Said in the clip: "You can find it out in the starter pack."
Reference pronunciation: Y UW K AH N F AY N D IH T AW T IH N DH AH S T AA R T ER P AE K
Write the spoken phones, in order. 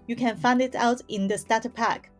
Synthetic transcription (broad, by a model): Y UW K AH N F AY N D IH T AW T IH N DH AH S T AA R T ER P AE K